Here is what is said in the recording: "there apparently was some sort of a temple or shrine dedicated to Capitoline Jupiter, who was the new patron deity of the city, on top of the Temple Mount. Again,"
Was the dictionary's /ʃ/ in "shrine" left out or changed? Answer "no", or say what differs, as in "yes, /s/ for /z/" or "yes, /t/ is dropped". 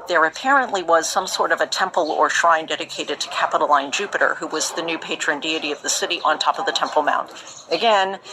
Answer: no